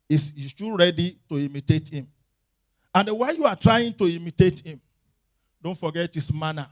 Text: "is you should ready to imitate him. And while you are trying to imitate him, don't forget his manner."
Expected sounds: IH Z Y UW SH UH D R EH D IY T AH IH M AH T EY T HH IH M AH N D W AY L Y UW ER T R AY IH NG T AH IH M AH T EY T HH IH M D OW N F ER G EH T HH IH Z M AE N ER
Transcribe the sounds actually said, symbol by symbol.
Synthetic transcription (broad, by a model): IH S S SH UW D R EH D IY T AH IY M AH T EY T HH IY M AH N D W AY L Y UW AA T R AY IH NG T AH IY M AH T EY T HH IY M D OW N F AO G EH T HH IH S M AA N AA